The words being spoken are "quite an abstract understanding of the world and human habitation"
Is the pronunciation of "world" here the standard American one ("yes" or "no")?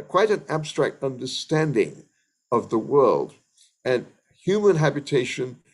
yes